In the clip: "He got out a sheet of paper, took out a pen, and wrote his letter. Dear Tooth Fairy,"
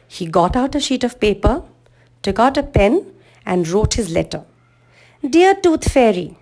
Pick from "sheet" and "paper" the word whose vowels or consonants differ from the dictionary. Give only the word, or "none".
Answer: none